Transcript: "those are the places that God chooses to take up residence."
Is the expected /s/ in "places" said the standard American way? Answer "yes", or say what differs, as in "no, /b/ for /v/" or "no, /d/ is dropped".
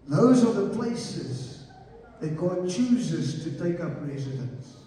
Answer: yes